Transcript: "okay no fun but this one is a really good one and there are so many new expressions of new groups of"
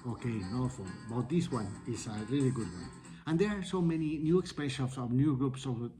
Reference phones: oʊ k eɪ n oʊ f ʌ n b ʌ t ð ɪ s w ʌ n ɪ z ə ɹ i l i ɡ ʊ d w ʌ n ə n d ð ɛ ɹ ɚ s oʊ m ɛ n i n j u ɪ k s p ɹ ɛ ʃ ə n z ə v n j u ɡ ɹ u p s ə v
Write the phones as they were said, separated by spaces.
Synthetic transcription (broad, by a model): oʊ k eɪ n oʊ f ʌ l b ʌ t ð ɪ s w ʌ n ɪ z ə ɹ i l i ɡ ʊ d w ʌ n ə n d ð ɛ ɹ s oʊ m ɛ n i n j u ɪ k s p ɛ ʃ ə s ə v n j u ɡ ɹ u p s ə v